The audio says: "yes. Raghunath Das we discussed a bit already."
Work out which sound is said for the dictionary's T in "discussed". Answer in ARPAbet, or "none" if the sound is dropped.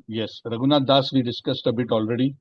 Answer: T